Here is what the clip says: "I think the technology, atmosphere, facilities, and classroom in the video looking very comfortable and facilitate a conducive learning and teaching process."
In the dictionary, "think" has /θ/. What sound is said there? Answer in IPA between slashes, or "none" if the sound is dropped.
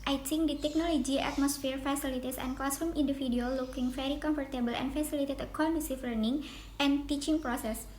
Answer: /t/